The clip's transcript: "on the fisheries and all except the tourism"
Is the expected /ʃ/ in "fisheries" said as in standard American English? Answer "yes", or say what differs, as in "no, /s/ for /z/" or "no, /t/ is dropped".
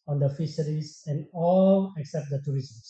no, /s/ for /ʃ/